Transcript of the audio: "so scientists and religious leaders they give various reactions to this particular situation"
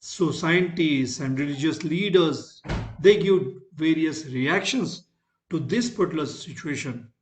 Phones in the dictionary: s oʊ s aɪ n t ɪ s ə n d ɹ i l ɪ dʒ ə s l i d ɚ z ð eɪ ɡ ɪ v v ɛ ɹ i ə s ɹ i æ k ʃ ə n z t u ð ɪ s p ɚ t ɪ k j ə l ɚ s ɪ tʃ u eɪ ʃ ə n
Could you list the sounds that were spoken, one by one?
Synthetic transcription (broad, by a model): s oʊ s aɪ t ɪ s ə n d ɹ i l ɪ dʒ ə s l i d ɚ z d eɪ ɡ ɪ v v ɛ ɹ i ə s ɹ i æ k ʃ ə n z t u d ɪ s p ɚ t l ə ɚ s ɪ tʃ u eɪ ʃ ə n